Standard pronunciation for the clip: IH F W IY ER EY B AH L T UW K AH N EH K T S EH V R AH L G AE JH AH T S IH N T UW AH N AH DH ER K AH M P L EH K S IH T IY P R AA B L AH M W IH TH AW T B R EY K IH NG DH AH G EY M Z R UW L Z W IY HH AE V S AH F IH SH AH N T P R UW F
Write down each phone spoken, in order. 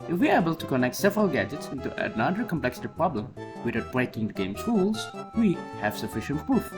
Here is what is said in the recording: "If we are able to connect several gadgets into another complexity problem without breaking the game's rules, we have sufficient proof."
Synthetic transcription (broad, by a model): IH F W IY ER EY B AH L T UW K AH N EH K T S EH V R AH L G AE JH AH T S IH N T UW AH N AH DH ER K AH M P L EH K S IH T IY P R AA B L AH M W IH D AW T B R EY K IH NG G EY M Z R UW L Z W IY HH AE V S AH F IH SH AH N T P R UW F